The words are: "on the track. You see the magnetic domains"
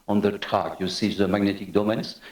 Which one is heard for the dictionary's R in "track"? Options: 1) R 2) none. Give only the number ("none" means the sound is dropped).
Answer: 2